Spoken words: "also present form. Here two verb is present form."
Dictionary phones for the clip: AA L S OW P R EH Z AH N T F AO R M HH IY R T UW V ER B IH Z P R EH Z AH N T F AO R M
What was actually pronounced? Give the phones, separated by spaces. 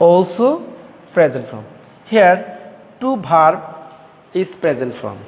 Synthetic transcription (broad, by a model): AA L S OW P R EH Z AH N T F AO M HH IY R T UW B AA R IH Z P R EH Z AH N T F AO M